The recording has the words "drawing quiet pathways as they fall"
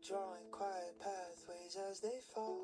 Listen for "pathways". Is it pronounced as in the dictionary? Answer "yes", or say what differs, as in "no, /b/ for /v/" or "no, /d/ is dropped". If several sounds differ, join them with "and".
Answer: yes